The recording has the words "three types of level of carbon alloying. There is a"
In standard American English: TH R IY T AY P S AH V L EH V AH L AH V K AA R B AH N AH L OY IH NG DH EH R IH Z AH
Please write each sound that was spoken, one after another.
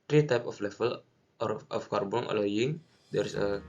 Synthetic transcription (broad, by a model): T R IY T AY P AH F L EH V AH L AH F K AA R B AH N AH L OY IH NG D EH R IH S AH